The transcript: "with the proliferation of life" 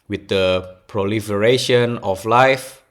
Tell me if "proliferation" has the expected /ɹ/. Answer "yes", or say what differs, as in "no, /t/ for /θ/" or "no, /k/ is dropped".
yes